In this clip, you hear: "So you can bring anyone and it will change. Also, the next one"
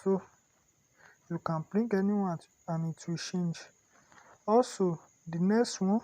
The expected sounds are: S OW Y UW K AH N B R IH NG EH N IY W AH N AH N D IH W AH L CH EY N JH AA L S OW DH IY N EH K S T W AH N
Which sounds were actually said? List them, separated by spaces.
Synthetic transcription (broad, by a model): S OW Y UW K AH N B L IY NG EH N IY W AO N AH N IH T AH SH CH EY N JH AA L S OW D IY N EH K S T W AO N